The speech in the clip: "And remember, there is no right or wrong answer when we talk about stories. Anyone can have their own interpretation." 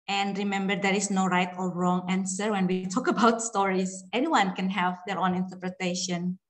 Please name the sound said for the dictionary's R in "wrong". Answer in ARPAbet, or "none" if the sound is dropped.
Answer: R